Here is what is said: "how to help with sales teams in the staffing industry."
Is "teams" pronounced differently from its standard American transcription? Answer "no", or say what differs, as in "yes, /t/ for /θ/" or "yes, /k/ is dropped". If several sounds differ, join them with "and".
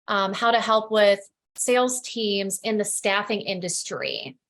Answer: no